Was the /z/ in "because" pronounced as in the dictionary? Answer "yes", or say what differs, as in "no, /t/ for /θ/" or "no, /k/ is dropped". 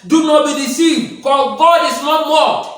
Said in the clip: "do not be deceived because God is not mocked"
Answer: no, /z/ is dropped